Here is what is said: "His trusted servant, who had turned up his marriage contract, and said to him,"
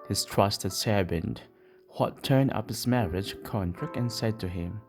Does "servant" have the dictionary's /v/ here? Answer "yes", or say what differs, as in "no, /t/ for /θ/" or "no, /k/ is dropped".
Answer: no, /b/ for /v/